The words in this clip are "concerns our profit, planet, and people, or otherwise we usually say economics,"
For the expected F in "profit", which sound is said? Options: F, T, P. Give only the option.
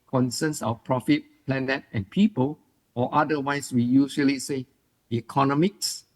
F